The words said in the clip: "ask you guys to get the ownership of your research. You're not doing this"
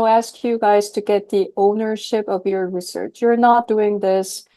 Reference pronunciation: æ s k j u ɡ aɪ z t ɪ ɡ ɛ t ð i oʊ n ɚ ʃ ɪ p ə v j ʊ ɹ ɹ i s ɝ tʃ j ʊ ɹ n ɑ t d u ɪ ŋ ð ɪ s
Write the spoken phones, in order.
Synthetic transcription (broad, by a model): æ s k j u ɡ aɪ z t ɪ ɡ ɛ t ð i oʊ n ɚ ʃ ɪ p ə v j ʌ ɹ ɹ i s ɝ tʃ j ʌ ɹ n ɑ t d u ɪ ŋ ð ɪ s